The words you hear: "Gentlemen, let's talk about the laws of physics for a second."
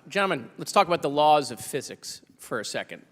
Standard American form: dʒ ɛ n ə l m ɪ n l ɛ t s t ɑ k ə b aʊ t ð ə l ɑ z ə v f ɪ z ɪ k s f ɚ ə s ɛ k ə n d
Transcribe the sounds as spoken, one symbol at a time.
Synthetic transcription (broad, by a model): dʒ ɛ m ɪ n l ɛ t s t ɑ k ə b aʊ t ð ə l ɑ z ə v f ɪ z ɪ k s f ɚ ə s ɛ k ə n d